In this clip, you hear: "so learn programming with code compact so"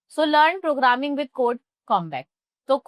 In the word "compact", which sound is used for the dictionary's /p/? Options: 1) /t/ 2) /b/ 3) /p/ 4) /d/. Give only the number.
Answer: 2